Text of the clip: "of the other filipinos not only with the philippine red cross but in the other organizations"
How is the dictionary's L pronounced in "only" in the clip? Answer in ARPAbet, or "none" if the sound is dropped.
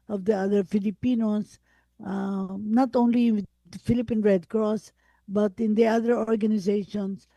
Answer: none